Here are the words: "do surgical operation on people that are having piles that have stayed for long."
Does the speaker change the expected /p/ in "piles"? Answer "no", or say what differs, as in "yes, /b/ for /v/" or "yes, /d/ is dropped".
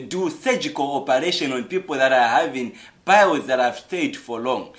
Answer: yes, /b/ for /p/